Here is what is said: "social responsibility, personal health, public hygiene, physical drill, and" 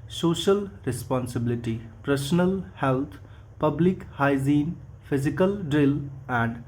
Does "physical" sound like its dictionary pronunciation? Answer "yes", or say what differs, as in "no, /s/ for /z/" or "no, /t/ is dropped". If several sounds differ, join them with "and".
no, /p/ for /f/